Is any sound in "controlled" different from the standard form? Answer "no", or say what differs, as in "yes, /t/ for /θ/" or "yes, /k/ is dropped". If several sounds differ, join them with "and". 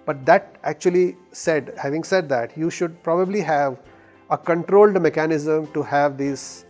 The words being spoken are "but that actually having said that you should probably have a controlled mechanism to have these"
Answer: no